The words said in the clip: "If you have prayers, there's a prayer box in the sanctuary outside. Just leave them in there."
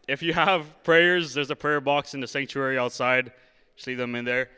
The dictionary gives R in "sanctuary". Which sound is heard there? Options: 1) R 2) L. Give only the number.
1